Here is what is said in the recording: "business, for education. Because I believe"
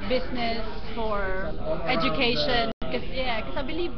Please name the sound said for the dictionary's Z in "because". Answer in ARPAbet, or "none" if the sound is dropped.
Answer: S